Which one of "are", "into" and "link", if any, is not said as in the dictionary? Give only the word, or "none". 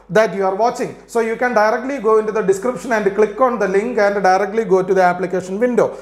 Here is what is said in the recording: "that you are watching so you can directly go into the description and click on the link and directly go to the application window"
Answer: none